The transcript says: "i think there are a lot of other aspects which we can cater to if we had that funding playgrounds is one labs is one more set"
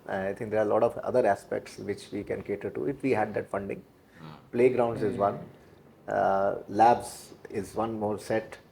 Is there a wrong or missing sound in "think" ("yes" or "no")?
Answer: yes